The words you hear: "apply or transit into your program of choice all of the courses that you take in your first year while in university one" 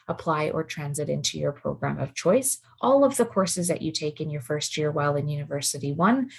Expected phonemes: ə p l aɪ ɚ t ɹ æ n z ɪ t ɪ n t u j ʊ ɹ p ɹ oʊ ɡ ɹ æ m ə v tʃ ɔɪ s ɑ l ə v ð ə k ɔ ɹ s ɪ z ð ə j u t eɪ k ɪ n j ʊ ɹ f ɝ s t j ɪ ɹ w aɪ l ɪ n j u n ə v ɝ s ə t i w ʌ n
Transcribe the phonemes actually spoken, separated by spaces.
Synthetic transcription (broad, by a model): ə p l aɪ ɚ t ɹ æ n z ɪ t ɪ n t u j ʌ ɹ p ɹ oʊ ɡ ɹ æ m ə v tʃ ɔɪ s ɑ l ə v ð ə k ɔ ɹ s ɪ z ð ə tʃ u t eɪ k ɪ n j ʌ ɹ f ɝ s t j ɪ ɹ w aɪ l ɪ n j u n ə v ɝ s ə t i w ʌ n